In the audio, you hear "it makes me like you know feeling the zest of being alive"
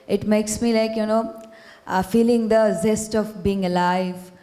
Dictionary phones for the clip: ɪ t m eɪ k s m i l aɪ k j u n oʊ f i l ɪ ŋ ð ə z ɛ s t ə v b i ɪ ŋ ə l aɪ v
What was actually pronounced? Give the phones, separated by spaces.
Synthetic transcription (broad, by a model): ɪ t m eɪ k s m i l aɪ k j u n oʊ f i l ɪ ŋ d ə z ɛ s t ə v b i ɪ ŋ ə l aɪ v